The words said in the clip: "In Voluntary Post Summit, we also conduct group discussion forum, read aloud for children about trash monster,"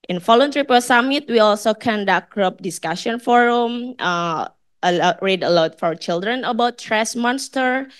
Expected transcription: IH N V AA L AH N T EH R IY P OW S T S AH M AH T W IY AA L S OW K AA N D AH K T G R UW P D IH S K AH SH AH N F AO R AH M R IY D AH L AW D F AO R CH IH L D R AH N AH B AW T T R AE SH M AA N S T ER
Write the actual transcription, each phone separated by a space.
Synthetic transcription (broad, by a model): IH N F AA L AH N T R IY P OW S S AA M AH T W IY AA L S OW K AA N D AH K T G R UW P D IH S K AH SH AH N F AO R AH M R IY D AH L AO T F AO R CH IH L D R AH N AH B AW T T R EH S M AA N S T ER